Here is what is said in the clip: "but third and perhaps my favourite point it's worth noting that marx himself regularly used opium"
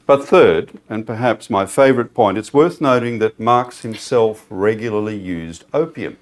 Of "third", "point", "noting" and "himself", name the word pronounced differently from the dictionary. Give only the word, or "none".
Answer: none